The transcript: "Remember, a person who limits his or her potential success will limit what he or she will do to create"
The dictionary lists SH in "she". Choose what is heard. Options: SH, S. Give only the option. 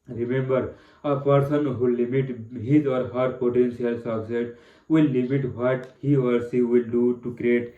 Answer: S